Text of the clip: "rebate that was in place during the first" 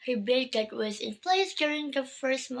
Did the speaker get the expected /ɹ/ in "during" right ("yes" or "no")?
yes